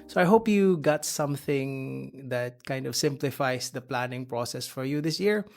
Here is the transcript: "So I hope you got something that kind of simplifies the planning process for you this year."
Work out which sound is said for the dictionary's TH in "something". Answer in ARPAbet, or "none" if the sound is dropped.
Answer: TH